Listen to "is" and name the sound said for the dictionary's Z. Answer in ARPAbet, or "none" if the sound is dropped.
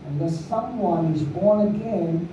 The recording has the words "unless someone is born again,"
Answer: Z